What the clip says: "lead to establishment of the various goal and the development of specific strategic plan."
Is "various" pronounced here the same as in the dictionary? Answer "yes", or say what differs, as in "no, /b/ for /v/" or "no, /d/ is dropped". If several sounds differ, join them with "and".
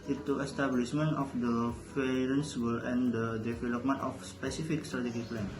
no, /f/ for /v/